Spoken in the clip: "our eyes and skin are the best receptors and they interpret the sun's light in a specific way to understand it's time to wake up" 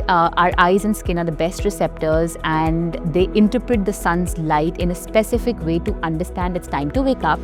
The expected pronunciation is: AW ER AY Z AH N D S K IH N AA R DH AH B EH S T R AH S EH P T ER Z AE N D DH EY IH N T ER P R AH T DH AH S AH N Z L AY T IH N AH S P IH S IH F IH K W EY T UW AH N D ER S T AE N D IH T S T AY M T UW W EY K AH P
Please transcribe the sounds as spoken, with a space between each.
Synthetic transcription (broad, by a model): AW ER AY Z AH N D S K IH N AA R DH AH B EH S T R AH S EH P T ER Z AE N D EY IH N T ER P R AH T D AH S AH N Z L AY T IH N AH S P IH S IH F IH K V EY T UW AH N D ER S T AE N D IH T S T AY M T UW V EY K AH P